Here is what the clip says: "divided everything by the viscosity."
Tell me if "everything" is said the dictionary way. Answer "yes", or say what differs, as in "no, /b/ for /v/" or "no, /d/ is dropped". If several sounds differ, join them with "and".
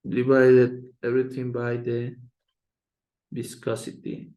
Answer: no, /t/ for /θ/